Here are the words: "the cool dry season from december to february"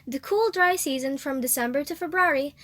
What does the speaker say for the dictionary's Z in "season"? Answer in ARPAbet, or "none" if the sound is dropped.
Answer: Z